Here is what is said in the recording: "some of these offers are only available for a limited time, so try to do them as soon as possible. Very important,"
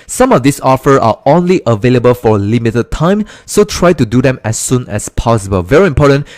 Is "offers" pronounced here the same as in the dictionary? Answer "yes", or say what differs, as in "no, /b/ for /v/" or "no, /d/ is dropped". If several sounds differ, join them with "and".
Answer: no, /z/ is dropped